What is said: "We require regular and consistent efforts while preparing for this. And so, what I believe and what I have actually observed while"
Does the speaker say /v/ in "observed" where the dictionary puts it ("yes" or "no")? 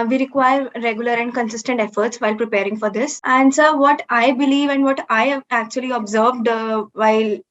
yes